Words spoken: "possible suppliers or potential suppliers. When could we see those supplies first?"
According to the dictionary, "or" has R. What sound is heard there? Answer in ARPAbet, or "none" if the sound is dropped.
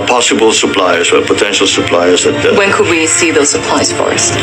L